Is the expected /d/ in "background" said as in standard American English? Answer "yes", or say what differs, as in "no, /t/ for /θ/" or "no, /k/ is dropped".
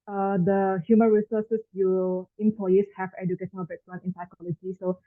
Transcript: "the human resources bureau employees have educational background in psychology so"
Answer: no, /d/ is dropped